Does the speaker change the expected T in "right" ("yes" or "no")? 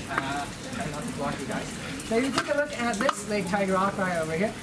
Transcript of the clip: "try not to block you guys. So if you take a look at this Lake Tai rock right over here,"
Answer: yes